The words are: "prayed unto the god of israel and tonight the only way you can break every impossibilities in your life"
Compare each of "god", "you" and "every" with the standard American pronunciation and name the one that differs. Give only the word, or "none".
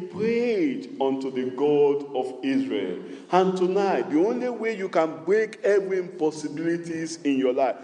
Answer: every